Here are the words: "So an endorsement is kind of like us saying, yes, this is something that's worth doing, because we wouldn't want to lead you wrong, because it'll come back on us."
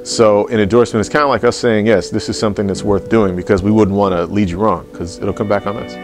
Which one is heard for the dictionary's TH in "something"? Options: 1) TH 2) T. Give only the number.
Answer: 1